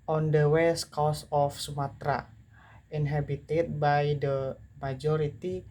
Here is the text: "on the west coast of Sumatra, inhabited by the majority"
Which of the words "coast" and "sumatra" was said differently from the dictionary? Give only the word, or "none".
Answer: coast